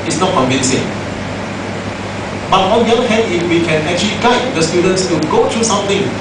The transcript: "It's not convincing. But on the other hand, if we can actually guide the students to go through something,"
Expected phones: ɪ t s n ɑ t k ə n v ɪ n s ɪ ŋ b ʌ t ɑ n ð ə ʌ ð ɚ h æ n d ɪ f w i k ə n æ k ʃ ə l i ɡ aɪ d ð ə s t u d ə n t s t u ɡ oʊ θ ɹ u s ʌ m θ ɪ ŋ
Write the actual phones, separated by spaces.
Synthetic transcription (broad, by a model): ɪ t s n ɑ t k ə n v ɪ n s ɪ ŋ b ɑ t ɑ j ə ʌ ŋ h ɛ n ɪ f w i k ə n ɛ k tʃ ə l i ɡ aɪ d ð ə s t u d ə n t s t u ɡ oʊ t ɹ u s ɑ m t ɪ ŋ